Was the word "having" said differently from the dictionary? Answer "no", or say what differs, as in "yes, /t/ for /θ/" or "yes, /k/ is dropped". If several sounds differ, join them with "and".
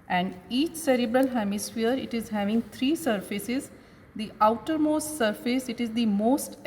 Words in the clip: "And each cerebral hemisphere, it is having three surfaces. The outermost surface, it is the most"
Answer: no